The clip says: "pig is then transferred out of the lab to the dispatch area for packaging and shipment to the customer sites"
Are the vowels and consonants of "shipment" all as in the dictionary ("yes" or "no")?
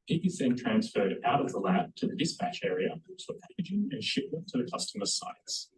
no